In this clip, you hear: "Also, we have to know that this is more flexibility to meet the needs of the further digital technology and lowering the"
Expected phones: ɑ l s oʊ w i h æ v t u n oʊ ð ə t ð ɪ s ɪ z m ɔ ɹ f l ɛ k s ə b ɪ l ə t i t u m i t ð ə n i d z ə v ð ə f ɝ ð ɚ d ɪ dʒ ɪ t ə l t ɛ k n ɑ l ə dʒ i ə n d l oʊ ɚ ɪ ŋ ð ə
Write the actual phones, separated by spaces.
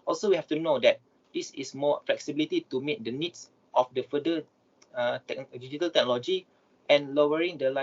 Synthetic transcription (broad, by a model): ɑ l s oʊ w i h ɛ f t u n oʊ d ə t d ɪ s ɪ s m ɔ f l ɛ k s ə b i l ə t i t u m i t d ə n i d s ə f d ə f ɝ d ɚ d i dʒ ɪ t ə l t ɛ k n ɑ l ə dʒ i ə n l oʊ ɚ ɪ ŋ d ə